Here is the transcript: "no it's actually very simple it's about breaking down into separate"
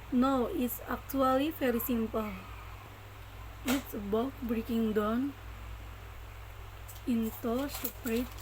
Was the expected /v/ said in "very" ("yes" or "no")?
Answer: no